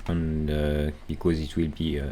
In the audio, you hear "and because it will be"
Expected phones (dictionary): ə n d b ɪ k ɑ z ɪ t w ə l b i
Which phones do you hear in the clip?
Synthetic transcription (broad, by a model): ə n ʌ b ɪ k ɑ z ɪ t w ə l b i